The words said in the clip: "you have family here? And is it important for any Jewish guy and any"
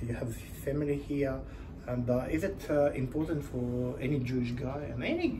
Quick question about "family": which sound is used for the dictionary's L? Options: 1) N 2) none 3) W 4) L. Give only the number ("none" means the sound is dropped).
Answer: 4